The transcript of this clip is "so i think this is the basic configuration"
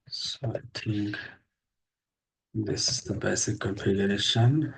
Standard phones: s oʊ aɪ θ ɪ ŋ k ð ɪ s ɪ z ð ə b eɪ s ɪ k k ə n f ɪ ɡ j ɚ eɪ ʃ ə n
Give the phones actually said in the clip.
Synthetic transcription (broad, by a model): s oʊ aɪ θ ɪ ŋ k ð ɪ s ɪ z ð ə b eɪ s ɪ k k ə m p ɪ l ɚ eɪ ʃ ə n